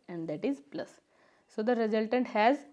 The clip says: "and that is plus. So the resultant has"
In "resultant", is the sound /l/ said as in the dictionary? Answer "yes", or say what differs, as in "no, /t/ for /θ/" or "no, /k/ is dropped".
yes